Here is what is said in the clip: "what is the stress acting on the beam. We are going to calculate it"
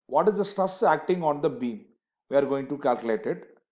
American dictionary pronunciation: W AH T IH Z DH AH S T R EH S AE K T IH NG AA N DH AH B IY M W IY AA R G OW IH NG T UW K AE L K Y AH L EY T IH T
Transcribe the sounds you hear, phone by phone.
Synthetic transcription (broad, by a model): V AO T IH Z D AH S T AH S AE K T IH NG AA N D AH B IY M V IY AA R G OW IH NG T UW K AE L K Y AH L EY T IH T